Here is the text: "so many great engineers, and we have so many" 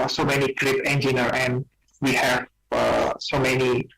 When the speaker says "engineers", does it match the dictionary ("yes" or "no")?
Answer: no